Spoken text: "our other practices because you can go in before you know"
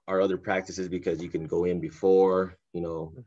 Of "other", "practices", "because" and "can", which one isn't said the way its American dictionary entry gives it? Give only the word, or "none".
none